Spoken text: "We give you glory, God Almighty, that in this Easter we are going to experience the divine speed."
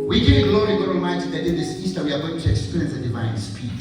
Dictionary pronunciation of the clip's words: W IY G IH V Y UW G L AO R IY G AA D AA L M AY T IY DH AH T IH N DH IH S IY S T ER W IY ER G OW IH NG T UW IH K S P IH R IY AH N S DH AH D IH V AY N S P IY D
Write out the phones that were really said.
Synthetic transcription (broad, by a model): W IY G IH G L AO R IY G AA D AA M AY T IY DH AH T IH N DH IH S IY S T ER W IY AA G OW IH NG T UW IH K S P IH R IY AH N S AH D IH V AY N S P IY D